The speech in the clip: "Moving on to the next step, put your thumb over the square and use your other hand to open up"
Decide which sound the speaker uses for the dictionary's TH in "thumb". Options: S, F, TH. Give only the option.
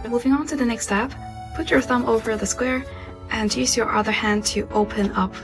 TH